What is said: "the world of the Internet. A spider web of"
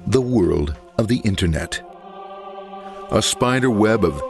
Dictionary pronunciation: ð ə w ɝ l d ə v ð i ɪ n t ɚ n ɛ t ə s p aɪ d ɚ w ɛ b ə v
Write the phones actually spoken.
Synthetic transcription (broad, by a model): ð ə w ɝ l d ə v ð i ɪ n t ɚ n ɛ t ə s p aɪ d ɚ w ɛ b ə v